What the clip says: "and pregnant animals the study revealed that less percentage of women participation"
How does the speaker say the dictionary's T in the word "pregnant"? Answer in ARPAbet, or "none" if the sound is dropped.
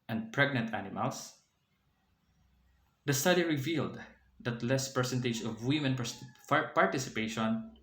T